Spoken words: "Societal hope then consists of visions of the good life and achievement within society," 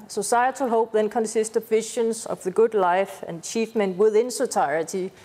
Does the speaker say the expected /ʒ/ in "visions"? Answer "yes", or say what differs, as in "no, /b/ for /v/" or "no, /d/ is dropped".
no, /ʃ/ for /ʒ/